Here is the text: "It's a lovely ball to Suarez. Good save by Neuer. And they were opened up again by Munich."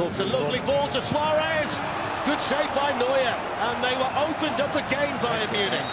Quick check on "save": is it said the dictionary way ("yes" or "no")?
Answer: no